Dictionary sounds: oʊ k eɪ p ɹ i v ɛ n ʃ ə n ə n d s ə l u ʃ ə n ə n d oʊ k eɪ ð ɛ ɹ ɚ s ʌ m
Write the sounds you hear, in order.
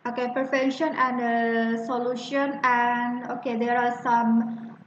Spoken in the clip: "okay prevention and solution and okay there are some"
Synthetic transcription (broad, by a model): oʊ k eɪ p i f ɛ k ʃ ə n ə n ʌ s ə l u ʃ ə n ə n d oʊ k eɪ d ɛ ɹ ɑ s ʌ m